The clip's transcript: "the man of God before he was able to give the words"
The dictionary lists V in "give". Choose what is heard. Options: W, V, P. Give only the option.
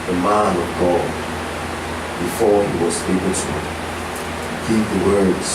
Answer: P